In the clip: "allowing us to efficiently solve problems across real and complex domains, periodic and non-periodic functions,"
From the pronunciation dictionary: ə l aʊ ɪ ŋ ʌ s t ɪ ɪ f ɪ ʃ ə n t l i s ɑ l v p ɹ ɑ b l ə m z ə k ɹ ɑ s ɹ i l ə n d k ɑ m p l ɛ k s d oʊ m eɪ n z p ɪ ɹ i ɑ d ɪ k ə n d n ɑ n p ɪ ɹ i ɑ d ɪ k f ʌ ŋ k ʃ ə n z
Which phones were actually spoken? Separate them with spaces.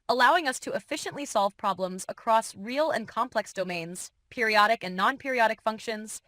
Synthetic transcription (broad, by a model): ə l aʊ ɪ ŋ ʌ s t ɪ ɪ f ɪ ʃ ə n t l i s ɑ l v p ɹ ɑ b l ə m z ə k ɹ ɑ s ɹ i l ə n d k ɑ m p l ɛ k s d oʊ m eɪ n z p ɪ ɹ i ɑ d ɪ k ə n n ɑ n p ɪ ɹ i ɑ d ɪ k f ʌ ŋ k ʃ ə n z